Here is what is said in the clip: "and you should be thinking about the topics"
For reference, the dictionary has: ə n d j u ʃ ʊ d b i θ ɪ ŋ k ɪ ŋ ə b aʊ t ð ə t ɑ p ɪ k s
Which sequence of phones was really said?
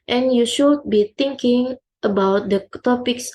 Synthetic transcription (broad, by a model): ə n j u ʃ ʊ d b i t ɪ ŋ k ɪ ŋ ə b aʊ t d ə t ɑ p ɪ k s